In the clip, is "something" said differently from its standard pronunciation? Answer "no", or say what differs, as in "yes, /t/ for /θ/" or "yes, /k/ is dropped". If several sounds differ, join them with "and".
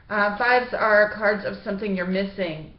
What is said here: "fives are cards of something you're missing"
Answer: no